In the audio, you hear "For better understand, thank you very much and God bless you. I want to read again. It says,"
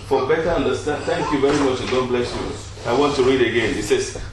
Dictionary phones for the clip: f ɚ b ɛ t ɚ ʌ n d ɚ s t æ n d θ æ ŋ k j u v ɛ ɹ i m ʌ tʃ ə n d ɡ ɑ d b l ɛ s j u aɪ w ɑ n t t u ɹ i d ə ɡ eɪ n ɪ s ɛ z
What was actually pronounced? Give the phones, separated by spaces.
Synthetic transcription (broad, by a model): f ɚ b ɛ t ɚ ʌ n d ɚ s t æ n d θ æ ŋ k j u v ɛ ɹ i m ʌ tʃ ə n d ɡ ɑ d b l ɛ s j u aɪ w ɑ n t t u ɹ i d ə ɡ eɪ n ɪ s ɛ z